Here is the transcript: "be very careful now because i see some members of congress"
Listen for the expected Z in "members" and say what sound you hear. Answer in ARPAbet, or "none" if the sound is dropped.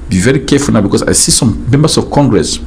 S